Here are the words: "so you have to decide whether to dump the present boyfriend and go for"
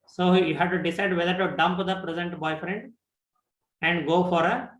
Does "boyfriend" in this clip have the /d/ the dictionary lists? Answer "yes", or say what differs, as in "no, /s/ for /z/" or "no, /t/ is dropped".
yes